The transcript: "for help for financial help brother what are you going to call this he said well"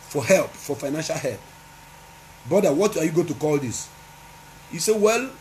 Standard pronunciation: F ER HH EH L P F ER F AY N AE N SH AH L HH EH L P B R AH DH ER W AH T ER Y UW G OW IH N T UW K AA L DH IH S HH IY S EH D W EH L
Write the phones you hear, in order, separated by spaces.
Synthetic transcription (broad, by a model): F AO HH EH L P F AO F AY N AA N SH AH L HH EH L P B AO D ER W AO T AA Y UW G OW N T UW K AA L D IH S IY S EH W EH L